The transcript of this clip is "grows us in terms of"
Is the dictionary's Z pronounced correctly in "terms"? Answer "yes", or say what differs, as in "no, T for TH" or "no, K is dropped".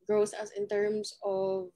no, S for Z